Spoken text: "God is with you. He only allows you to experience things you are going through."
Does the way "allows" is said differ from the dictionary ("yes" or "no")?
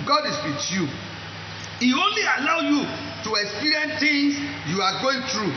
yes